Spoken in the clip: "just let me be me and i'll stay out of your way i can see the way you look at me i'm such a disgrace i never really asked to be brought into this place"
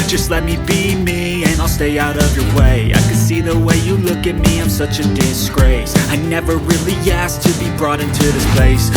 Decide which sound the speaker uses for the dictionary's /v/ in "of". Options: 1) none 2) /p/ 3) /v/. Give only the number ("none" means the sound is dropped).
3